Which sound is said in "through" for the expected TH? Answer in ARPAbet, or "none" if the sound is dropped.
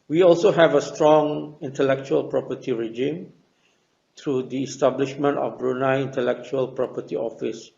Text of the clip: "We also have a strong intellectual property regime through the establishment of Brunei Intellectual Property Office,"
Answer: T